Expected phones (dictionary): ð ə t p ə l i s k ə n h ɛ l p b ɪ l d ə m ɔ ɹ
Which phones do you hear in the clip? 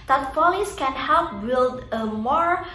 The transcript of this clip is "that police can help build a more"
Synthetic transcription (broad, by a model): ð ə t f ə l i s k ə n h ɛ l p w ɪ d ə m ɔ ɹ